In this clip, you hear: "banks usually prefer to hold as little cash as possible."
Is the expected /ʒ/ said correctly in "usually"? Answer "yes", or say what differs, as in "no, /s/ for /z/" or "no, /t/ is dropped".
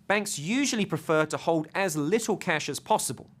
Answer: yes